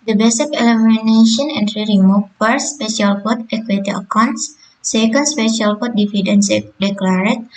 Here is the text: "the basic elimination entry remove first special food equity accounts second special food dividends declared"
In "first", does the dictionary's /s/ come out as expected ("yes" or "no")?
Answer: no